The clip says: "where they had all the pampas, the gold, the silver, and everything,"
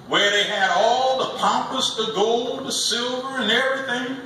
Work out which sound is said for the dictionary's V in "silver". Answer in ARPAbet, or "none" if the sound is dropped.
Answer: V